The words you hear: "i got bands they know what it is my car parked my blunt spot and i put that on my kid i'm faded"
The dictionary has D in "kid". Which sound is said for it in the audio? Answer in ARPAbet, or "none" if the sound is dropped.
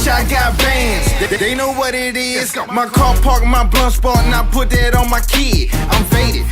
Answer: none